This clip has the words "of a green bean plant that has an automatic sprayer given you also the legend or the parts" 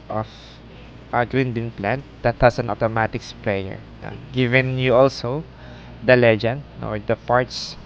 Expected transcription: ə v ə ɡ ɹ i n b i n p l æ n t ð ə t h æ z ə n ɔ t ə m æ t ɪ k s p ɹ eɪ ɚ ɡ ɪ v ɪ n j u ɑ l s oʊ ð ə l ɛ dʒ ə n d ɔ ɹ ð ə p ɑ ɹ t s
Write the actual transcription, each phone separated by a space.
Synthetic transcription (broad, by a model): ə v ə ɡ ɹ i n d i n p l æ n t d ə t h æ s ə n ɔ t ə m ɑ t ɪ k s p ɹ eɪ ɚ ɡ ɪ v ɪ n j u ɑ l s oʊ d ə l ɛ dʒ ə n d ɔ ɹ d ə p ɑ ɹ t s